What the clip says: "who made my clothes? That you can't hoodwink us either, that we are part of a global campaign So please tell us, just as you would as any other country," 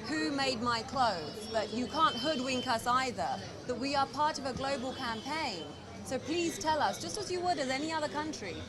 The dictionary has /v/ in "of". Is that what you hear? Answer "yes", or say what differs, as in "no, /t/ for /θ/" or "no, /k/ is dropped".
yes